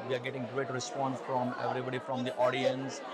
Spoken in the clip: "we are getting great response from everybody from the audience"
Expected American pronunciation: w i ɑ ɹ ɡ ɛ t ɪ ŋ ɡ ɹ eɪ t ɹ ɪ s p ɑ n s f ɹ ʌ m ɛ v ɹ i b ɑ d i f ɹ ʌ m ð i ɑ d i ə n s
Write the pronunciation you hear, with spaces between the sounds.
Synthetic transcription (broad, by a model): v i ɑ ɹ ɡ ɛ t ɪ ŋ ɡ ɹ eɪ t ɹ ɪ s p ɑ n s f ɹ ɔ m ɛ v ɹ i b ɑ d i f ɹ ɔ m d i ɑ d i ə n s